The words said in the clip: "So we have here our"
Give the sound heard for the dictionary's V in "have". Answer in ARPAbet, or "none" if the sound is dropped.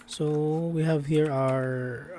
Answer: V